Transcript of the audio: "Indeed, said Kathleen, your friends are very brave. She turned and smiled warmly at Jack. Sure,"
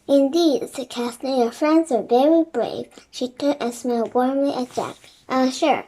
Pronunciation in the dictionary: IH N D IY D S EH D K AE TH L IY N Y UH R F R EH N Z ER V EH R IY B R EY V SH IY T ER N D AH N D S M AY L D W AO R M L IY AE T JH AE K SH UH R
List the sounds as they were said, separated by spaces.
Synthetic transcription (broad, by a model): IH N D IY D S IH K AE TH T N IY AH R F R EH N Z ER V EH R IY B R EY V SH IY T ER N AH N S M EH L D W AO R M L IY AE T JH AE K SH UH R